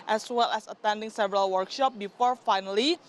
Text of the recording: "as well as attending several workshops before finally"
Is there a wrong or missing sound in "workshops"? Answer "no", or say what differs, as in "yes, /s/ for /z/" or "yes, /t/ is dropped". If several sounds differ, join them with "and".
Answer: yes, /s/ is dropped